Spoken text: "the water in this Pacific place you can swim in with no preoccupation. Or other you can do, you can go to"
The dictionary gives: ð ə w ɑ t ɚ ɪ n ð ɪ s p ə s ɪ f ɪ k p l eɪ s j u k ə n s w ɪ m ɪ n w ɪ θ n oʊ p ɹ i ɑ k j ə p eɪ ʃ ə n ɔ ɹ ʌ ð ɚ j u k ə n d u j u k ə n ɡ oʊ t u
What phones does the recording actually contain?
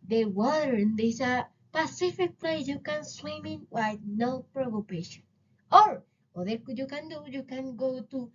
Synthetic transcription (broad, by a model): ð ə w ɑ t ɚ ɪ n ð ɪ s p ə s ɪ f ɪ k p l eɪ j u k ə n s w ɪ m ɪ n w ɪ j n oʊ p ɹ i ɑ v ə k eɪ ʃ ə n ɔ ɹ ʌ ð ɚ j u k ə n d u j u k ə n ɡ oʊ t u